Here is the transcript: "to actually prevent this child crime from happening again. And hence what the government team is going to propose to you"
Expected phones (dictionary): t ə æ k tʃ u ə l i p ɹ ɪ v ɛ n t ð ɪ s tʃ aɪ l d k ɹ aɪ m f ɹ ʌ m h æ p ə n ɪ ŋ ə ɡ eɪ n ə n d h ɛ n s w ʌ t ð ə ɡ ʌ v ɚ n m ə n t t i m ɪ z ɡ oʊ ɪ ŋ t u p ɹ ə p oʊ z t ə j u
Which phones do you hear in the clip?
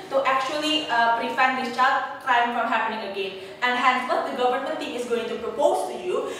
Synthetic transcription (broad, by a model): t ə æ k tʃ u ə l i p ɹ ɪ f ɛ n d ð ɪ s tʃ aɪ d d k ɹ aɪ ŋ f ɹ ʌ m h æ p ə n ɪ ŋ ə ɡ eɪ n ə n d h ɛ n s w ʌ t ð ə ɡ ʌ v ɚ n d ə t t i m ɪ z ɡ oʊ ɪ ŋ t u p ɹ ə p oʊ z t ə j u